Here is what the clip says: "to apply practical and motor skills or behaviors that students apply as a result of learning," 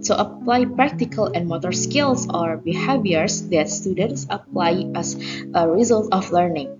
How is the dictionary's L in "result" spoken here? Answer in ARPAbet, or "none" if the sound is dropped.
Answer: L